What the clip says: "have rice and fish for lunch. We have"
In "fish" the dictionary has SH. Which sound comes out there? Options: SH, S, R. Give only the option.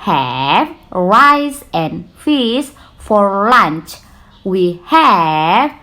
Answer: S